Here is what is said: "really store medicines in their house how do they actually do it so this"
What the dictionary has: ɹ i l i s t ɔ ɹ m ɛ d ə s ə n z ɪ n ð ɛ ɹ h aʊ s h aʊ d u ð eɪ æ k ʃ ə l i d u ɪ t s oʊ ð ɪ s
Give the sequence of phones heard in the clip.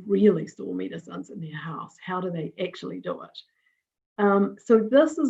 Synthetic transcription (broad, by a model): ɹ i l i s t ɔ l m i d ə s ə n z ɪ n ð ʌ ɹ h aʊ s h aʊ d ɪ ð eɪ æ k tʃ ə l i d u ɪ t s oʊ ð ɪ s